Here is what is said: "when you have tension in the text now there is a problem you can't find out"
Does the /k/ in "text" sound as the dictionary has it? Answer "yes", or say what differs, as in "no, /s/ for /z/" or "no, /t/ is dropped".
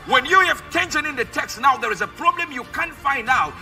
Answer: yes